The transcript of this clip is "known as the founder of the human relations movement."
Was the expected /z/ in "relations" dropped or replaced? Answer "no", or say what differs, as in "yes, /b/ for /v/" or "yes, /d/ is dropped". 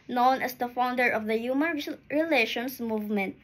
yes, /s/ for /z/